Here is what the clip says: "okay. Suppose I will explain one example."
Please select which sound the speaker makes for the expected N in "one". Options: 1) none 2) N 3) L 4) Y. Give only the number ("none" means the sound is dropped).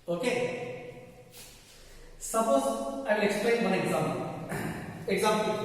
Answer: 3